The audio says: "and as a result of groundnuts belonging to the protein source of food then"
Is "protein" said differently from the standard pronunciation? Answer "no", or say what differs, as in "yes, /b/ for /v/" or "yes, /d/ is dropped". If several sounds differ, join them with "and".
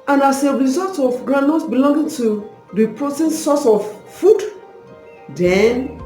no